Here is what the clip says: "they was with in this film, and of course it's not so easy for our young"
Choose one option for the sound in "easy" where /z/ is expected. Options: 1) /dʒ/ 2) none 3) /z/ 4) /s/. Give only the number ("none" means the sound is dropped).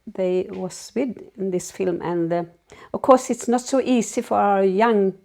4